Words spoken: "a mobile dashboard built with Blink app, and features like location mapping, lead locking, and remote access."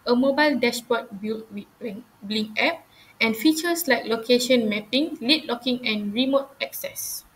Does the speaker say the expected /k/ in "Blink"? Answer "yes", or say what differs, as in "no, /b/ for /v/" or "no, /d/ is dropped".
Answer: no, /k/ is dropped